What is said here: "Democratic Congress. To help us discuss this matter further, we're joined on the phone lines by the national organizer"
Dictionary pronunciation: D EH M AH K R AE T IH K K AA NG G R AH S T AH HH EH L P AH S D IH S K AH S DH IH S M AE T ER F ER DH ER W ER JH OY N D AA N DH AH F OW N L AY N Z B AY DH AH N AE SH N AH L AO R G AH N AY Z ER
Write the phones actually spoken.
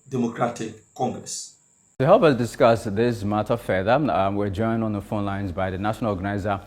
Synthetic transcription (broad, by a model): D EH M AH K R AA T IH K K AA NG G R AH S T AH HH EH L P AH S D IH S K AH S DH IH S M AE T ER F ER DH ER W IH JH OY N D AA N DH AH F OW N L AY N Z B AY DH AH N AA SH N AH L AO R G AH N AY Z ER